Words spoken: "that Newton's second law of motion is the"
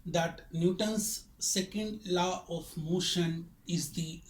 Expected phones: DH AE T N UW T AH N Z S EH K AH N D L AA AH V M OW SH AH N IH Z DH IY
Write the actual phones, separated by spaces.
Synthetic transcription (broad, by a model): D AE T N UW T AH N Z S EH K AH N D L AA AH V M OW SH AH N IH Z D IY